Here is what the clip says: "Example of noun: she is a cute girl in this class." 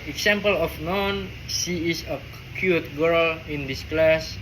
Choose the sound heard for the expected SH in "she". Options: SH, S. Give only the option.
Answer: S